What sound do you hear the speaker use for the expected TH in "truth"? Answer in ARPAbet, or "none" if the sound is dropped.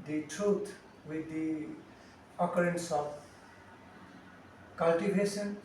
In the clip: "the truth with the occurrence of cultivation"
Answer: T